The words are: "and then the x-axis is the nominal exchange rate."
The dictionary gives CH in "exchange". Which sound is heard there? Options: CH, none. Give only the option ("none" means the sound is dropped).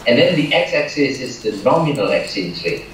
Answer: none